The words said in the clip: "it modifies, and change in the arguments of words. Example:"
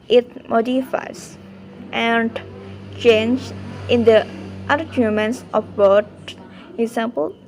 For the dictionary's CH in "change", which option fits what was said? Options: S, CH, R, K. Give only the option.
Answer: CH